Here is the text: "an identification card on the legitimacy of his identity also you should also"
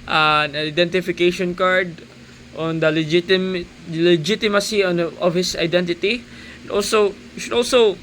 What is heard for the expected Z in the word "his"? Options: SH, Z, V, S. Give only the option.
S